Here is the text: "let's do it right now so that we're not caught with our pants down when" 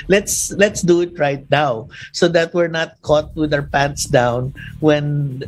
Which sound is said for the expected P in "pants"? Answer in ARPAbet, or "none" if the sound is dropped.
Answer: P